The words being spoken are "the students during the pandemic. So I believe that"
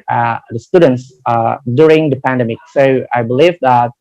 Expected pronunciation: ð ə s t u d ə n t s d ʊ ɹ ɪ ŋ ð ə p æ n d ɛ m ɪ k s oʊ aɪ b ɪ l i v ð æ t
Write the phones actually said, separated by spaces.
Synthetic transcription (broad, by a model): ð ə s t u d ə n t s d ʊ ɹ ɪ ŋ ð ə p æ n d ɛ m ɪ k s oʊ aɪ b ɪ l i v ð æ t